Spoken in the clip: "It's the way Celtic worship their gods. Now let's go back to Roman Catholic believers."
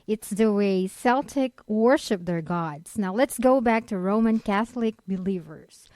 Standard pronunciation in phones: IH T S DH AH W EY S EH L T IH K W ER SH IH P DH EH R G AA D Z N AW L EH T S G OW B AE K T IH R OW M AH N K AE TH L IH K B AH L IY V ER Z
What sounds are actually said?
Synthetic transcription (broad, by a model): IH T S DH AH W EY S EH L T IH K W ER SH IH P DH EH R G AA D Z N AW L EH T S G OW B AE K T IH R OW M AH N K AE TH L IH K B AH L IY V ER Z